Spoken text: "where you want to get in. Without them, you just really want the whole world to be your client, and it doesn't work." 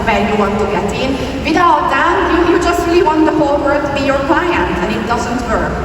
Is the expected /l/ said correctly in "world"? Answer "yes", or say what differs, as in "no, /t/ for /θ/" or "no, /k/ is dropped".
no, /l/ is dropped